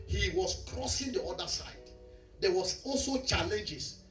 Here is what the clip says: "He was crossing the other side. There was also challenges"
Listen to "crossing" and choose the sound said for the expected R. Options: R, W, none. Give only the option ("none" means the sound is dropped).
R